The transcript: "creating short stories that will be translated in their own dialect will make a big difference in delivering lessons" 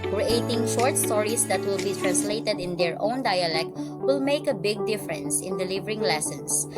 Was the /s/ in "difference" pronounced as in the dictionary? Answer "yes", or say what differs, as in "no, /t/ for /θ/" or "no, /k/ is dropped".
yes